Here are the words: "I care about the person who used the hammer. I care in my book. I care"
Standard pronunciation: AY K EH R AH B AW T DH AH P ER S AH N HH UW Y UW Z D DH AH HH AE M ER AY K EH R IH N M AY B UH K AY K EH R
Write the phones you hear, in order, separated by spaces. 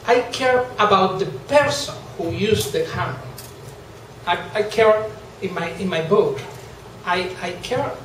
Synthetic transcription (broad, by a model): AY K EH R AH B AW T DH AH P ER S AH N HH UW Y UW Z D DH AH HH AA AA AY K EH R IH N M AY B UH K AY K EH R